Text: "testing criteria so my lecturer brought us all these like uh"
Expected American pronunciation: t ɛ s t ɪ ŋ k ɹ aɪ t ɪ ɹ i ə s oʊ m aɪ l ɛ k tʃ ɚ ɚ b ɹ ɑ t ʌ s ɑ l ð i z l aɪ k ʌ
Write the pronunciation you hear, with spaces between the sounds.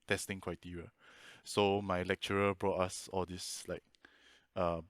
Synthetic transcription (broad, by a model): t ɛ s t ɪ ŋ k w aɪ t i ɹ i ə s oʊ m aɪ l ɛ k tʃ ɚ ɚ b ɹ ɑ t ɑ s ɑ l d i s l aɪ k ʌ